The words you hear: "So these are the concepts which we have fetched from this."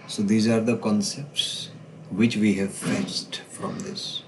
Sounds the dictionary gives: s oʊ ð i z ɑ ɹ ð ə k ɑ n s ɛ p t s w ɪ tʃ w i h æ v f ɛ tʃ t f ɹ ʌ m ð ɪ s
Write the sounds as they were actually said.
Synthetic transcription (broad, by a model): s oʊ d i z ɑ ɹ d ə k ɑ n s ɛ p t s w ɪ tʃ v i h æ v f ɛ s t f ɹ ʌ m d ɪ s